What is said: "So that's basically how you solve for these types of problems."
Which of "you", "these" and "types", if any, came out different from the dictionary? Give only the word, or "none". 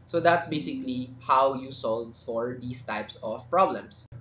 these